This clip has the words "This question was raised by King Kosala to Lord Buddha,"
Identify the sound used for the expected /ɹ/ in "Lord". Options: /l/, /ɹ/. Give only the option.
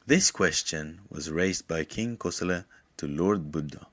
/ɹ/